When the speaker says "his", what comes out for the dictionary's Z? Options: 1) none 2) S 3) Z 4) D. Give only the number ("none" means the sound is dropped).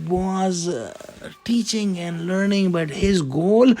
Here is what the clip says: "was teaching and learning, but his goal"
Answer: 3